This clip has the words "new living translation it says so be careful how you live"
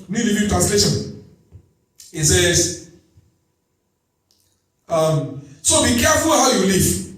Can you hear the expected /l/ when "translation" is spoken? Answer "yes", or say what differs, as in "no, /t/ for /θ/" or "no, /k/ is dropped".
yes